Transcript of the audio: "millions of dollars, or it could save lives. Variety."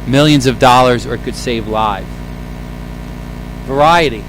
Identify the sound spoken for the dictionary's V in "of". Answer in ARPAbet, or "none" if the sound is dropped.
V